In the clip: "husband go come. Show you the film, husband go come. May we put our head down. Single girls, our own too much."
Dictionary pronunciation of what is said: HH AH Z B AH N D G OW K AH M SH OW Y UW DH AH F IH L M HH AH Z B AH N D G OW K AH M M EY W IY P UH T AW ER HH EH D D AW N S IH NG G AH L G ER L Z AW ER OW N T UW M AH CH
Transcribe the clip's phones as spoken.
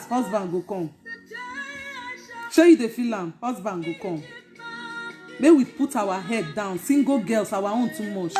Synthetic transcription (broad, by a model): HH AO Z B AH N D G OW K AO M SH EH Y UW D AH F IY L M HH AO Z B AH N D G OW K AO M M EY W IY P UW T AW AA HH EH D D AW N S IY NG G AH G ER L S AW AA OW N T UW M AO CH